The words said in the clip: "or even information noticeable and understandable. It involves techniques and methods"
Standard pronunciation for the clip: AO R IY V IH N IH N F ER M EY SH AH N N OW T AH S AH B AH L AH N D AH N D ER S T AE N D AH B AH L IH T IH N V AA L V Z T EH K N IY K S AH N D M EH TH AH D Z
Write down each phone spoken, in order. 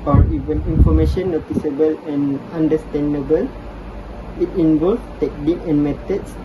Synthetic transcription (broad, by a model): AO R IY V IH N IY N F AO M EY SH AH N N OW T AH S AH B AH L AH N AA N D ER S T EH N D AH B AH L IH T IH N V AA L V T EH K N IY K AH N M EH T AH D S